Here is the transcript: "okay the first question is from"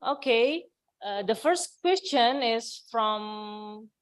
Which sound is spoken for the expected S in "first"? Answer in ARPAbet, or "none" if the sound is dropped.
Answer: S